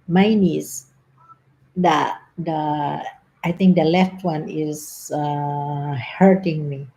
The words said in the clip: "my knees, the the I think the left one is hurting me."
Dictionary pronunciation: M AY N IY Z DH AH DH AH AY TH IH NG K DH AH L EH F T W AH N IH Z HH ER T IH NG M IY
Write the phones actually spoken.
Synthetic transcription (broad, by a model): M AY N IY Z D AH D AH AY T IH NG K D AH L EH F T W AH N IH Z HH ER T IH NG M IY